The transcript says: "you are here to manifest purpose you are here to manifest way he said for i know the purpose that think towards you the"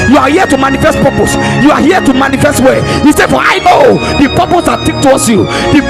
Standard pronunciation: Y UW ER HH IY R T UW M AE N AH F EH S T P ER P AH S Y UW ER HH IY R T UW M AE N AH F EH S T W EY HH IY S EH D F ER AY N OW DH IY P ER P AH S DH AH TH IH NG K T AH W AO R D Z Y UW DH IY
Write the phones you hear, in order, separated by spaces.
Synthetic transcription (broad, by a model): Y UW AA HH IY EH T UW M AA N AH F EH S T P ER P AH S Y UW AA HH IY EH T UW M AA N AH F EH S T W EY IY S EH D F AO AY N OW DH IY P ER P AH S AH T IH K T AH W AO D S Y UW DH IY